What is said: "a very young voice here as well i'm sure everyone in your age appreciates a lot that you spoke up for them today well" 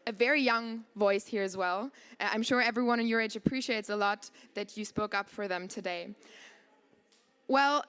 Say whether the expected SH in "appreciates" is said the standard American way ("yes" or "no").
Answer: yes